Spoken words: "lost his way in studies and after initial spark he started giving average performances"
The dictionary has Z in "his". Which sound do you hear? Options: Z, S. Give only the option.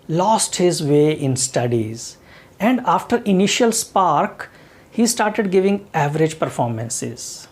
Z